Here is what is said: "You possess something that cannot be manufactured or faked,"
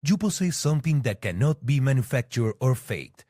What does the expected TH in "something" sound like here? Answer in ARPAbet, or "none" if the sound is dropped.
T